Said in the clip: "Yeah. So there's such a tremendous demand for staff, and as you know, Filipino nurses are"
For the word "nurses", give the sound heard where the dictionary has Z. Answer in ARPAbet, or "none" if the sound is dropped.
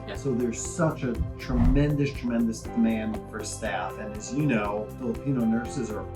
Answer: Z